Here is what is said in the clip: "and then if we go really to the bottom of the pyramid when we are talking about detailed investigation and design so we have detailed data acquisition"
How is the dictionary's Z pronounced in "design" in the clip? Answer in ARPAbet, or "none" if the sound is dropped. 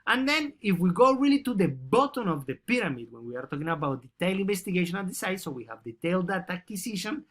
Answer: S